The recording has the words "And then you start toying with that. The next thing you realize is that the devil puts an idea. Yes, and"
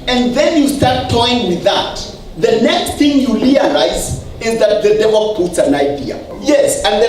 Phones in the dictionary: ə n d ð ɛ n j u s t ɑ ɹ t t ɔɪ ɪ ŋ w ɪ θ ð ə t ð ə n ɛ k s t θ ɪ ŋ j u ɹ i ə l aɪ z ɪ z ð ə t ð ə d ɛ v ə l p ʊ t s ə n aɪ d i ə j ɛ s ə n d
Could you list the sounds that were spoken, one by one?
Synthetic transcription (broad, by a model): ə n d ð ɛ n j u s t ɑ ɹ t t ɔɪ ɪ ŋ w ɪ ð ə t ð ə n ɛ k s t θ ɪ ŋ j u l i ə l aɪ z ɪ z ð ə t ð ə d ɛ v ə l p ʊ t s ə n aɪ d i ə j ɛ s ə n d